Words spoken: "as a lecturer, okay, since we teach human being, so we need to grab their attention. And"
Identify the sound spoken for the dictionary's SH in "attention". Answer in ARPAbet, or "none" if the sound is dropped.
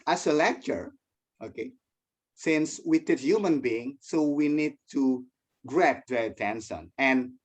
S